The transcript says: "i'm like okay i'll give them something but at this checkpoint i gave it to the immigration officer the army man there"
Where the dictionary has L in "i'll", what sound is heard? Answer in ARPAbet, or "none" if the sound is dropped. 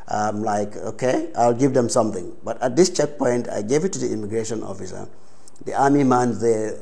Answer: L